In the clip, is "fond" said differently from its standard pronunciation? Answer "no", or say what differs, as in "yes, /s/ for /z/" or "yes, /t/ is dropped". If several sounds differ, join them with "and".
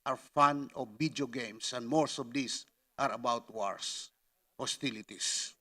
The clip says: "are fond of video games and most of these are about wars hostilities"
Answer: yes, /d/ is dropped